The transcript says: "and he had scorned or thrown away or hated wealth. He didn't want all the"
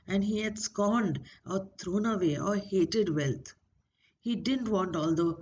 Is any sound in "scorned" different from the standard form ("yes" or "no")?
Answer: no